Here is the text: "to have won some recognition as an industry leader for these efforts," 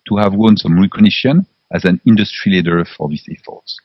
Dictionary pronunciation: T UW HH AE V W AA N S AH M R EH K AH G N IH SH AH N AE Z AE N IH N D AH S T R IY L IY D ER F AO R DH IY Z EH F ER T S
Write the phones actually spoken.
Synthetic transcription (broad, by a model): T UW HH AE V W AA N S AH M R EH K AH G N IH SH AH N AE Z AE N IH N D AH S T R IY L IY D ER F AO R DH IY S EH F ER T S